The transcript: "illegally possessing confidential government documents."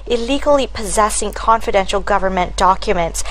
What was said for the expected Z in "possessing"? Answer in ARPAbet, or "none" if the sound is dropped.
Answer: Z